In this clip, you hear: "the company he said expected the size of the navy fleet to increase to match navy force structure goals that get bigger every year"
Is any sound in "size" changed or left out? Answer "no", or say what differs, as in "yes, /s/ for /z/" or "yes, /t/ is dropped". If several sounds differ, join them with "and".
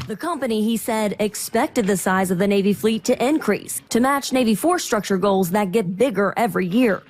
no